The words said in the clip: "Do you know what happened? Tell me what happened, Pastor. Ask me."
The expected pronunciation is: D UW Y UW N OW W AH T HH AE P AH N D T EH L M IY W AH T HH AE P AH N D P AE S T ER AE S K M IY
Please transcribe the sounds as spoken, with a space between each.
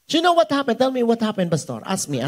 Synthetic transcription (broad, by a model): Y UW N OW W AH T HH AE P AH N D T EH L M IY W AH T HH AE P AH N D B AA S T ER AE S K M IY